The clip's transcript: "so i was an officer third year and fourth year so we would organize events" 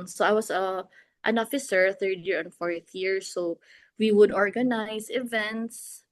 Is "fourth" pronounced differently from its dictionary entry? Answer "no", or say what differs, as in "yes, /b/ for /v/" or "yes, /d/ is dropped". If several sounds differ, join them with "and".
no